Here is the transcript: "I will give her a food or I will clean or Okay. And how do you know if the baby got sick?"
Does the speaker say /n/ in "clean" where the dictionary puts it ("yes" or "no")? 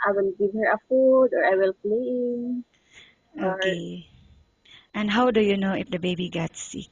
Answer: no